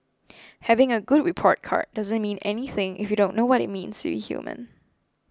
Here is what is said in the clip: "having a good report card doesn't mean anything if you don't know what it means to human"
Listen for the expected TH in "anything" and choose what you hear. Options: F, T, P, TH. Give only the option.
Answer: TH